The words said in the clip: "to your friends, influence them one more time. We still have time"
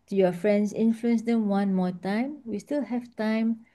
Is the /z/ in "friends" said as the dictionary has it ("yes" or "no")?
no